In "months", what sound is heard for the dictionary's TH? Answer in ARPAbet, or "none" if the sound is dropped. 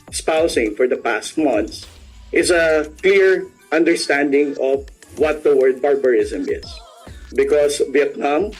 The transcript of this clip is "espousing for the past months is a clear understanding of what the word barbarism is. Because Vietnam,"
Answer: T